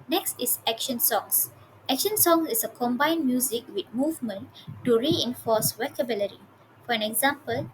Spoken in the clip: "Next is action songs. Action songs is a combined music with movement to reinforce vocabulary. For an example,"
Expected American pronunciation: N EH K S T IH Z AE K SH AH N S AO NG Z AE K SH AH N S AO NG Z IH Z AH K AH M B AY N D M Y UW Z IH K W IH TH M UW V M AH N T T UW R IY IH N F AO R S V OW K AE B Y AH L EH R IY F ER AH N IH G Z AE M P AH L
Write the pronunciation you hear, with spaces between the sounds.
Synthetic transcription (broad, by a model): N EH K S T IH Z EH K SH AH N S AO NG S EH K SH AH N S AO NG S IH S AH K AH M B AY N M Y UW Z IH K W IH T M UW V M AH N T T UW R IY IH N F AO S W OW K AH B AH L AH R IY F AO AH N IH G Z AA M P AH L